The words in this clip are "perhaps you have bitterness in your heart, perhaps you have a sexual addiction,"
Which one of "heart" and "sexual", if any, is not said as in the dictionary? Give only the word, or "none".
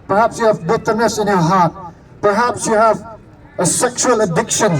none